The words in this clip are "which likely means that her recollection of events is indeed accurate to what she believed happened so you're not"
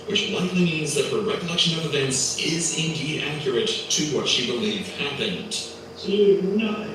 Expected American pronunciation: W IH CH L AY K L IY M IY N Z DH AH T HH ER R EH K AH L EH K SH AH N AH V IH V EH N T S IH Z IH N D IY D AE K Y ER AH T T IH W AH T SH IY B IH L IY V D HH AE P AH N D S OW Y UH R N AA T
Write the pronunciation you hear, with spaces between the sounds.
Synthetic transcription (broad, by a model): W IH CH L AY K L IY M IY N Z DH AH T HH ER R EH K AH L EH K SH AH N AH V IH V EH N T S IH Z IH N D IY D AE K Y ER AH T T IH W AH T SH IY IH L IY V HH AE P AH N D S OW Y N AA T